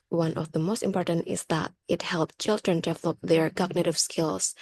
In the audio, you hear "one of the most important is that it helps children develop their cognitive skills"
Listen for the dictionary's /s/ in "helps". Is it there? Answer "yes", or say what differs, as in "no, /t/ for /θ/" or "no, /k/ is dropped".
no, /s/ is dropped